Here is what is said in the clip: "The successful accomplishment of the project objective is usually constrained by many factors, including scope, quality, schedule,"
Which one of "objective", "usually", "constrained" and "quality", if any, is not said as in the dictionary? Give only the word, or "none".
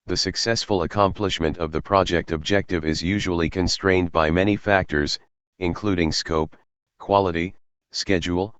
none